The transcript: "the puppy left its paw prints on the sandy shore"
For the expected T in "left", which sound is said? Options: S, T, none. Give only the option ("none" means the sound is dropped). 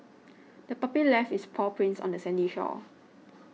none